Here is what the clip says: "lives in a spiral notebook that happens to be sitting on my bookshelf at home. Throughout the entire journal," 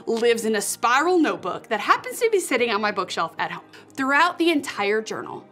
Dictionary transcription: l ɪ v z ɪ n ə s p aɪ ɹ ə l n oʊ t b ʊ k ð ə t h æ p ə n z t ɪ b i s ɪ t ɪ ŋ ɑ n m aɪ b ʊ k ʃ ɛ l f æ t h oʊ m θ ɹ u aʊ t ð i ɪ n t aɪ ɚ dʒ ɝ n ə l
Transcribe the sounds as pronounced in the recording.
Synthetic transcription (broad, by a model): l ɪ v z ɪ n ə s p aɪ ɹ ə l n oʊ t b ʊ k ð ə t h æ p ə n z t ɪ b i s ɪ t ɪ ŋ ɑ n m aɪ b ʊ k ʃ ɛ l f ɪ t h oʊ m θ ɹ u aʊ t ð i ɪ n t aɪ ɚ dʒ ɝ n l